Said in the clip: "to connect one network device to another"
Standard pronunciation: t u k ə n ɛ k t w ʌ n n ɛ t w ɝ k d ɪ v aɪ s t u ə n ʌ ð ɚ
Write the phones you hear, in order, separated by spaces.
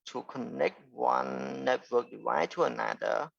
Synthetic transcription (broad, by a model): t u k ə n ɛ k t w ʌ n n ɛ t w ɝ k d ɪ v aɪ t u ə n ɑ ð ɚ